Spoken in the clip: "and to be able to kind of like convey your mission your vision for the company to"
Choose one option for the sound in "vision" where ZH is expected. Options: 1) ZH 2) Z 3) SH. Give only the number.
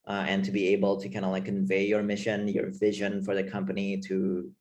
1